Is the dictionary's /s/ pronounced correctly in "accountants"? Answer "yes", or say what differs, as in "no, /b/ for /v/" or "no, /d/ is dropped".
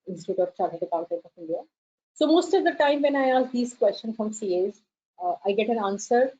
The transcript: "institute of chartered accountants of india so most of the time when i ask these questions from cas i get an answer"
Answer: no, /s/ is dropped